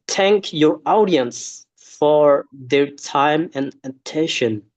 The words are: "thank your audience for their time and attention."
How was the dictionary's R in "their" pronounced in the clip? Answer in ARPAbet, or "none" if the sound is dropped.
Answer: R